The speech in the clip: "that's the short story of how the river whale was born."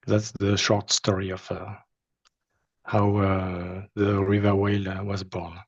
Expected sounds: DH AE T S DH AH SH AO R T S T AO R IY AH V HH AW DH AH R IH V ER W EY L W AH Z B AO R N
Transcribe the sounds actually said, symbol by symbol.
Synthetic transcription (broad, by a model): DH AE T S DH AH SH AO R T S T AO R IY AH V HH AW DH AH R IH V ER W EY L W AH Z B AO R N